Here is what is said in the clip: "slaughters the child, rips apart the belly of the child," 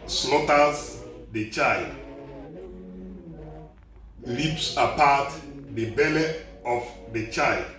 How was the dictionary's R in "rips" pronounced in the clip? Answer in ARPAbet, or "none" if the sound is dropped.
L